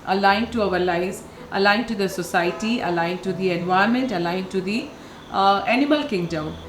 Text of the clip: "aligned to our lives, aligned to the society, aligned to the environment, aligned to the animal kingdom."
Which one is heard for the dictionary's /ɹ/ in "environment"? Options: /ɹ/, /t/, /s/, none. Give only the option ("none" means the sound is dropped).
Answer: none